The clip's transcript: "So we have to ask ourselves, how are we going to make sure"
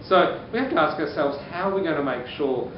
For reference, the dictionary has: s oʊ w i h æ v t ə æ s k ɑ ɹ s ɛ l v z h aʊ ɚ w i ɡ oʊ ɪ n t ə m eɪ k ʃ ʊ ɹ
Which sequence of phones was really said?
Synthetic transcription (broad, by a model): s oʊ w i h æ f t ə æ s k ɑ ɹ s ɛ l v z h aʊ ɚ w i ɡ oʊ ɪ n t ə m eɪ k ʃ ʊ ɹ